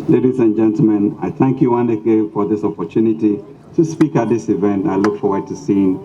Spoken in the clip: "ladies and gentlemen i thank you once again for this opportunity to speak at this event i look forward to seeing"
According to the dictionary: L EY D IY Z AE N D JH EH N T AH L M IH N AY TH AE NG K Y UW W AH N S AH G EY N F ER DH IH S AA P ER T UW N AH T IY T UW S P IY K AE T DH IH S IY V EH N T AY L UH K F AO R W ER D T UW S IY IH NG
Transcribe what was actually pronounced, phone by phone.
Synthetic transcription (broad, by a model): L EY D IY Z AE N JH EH N T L M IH N AY TH AE NG K Y UW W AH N AH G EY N F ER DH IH S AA P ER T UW N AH T IY T UW S P IY K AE T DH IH S IY V EH N T AY L UH K F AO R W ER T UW S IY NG